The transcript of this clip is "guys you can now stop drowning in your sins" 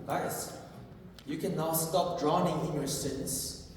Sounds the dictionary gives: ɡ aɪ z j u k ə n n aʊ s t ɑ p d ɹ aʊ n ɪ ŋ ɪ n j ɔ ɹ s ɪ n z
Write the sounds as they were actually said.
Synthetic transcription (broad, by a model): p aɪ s j u k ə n n aʊ s t ɑ p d ɹ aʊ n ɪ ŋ ɪ n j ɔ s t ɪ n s